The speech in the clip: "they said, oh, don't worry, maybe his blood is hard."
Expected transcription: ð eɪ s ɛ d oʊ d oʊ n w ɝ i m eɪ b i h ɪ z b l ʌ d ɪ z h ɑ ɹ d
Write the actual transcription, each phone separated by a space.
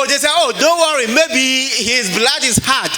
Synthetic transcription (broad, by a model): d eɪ s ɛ oʊ d oʊ n w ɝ i m eɪ b i h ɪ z b l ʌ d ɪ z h ɑ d